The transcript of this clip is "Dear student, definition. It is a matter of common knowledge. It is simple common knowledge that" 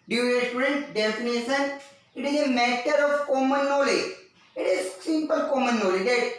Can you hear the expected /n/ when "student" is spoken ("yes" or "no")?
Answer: yes